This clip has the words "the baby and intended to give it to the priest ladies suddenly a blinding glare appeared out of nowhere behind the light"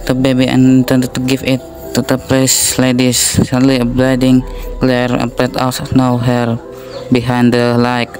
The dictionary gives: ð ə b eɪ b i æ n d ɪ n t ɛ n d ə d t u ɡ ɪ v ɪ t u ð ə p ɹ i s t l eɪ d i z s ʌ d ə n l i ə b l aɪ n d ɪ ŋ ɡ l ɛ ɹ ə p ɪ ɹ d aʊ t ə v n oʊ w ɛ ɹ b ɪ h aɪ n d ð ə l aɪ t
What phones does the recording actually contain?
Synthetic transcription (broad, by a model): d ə b eɪ b i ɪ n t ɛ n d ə t u ɡ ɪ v ɪ t u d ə p l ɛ s l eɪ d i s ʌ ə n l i ə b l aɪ d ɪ ŋ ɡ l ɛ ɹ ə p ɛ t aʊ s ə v n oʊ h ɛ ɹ b ɪ h aɪ n d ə l aɪ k